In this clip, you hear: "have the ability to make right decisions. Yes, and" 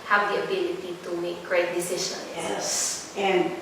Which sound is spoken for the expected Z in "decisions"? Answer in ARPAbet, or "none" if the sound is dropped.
none